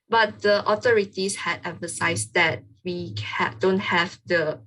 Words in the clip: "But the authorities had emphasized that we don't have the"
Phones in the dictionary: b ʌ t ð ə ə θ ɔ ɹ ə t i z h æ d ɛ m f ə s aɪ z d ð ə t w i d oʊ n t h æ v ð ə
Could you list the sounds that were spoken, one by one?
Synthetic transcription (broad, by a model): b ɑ t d ə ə t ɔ ɹ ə t i s h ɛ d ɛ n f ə s aɪ s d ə t w i d oʊ n t h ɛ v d ə